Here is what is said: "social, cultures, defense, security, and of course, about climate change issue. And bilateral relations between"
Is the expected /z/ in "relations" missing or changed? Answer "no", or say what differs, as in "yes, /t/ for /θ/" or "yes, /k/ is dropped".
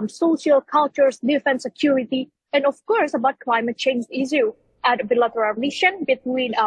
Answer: yes, /z/ is dropped